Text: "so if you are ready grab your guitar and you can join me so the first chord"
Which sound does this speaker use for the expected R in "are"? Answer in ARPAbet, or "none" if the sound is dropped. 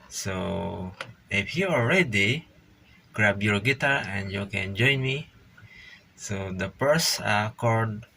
L